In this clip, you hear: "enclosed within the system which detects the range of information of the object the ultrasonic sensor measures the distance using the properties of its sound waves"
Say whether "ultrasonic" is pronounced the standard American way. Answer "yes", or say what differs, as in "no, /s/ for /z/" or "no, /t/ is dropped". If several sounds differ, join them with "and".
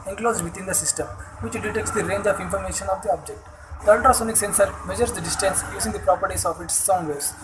no, /ɹ/ is dropped